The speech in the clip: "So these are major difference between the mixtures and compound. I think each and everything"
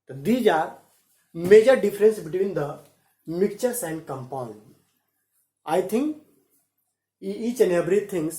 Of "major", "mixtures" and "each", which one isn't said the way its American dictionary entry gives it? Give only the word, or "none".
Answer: mixtures